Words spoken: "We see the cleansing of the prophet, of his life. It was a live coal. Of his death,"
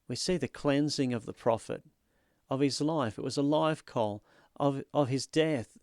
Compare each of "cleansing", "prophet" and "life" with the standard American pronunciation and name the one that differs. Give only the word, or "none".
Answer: none